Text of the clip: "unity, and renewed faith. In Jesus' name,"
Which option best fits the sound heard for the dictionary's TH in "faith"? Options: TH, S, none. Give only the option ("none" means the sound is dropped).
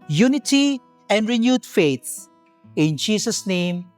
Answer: S